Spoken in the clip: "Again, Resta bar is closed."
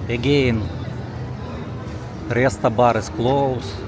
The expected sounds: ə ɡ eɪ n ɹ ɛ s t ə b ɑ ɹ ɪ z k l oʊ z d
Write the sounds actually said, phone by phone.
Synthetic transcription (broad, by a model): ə ɡ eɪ n ɹ ɛ s t ə b ɑ ɹ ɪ s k l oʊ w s